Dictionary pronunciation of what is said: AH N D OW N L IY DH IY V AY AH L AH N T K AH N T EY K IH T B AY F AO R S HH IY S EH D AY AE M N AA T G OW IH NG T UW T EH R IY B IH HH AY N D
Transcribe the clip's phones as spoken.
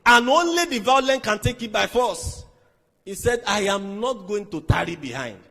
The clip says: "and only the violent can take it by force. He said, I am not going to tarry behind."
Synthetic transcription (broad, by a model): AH N OW N L IY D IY V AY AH L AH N K AH N T EY K IH T B AY F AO S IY S EH D AY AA M N AA T G OW IH NG T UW T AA R IY B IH HH AY N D